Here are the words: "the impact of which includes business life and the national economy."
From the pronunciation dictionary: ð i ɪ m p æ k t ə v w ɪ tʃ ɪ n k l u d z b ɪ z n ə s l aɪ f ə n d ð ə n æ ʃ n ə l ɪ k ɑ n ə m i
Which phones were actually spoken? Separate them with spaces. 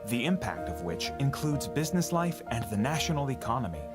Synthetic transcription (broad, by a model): ð i ɪ m p æ k t ə v w ɪ tʃ ɪ n k l u d z b ɪ z n ə s l aɪ f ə n ð ə n æ ʃ n l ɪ k ɑ n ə m i